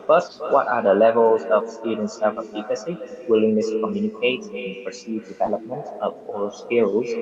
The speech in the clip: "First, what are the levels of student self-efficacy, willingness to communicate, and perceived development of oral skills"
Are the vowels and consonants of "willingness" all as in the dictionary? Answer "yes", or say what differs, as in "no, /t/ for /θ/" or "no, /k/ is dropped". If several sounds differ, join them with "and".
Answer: no, /l/ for /n/